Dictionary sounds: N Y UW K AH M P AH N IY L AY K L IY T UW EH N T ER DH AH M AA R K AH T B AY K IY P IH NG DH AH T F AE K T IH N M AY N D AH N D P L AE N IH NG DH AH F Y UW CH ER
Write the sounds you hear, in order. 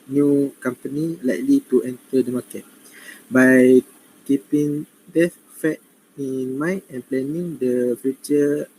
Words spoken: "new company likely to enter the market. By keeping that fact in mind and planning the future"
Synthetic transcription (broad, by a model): N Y UW K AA M P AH N IY L AY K L IY T UW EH N T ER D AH M AA K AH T B AY K IY P IH NG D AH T F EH T IH N M AY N AH N P L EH N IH NG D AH F Y UW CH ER